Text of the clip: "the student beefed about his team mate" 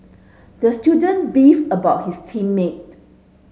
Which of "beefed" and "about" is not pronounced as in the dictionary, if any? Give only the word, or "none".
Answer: beefed